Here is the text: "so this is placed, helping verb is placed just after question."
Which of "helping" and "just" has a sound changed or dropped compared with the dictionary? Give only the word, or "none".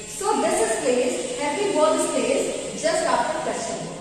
helping